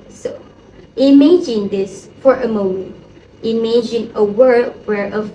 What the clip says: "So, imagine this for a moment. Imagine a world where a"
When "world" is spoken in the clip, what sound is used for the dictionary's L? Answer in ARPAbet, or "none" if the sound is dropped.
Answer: none